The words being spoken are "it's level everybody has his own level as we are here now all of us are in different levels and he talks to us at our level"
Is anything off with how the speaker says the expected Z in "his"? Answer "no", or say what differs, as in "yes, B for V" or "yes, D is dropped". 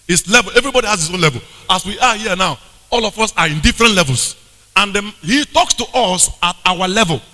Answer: yes, S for Z